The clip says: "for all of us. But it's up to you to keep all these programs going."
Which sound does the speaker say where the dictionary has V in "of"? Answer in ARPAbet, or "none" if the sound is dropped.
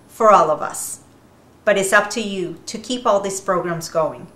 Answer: V